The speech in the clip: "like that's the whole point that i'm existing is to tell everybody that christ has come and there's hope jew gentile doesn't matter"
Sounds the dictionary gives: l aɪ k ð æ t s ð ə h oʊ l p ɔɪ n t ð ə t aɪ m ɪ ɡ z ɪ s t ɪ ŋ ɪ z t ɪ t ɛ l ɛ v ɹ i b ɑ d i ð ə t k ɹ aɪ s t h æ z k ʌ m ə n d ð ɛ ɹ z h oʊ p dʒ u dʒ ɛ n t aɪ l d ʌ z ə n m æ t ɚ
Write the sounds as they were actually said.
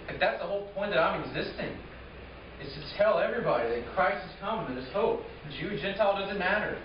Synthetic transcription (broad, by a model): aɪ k ð æ t s ð ə h oʊ l p ɔɪ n ð ə t aɪ m ɪ ɡ z ɪ s t ɪ ŋ ɪ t t ɪ t ɛ l ɛ v ɹ i b ɑ d i ð ə t k ɹ aɪ s t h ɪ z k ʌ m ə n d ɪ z h oʊ p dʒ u dʒ ɛ n t aɪ l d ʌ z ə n m æ t ɚ